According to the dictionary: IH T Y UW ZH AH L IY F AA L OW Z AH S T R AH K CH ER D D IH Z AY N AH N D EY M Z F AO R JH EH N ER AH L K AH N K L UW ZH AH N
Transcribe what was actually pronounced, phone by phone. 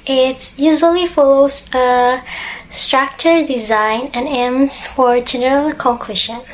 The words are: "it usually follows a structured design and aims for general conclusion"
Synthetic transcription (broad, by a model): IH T Y UW ZH AH L IY F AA L OW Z AH S T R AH K CH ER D D IH Z AY N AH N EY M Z F AO R JH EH N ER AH L K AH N K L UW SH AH N